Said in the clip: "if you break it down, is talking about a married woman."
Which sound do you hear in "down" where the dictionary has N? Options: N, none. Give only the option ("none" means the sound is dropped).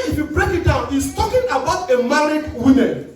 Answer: N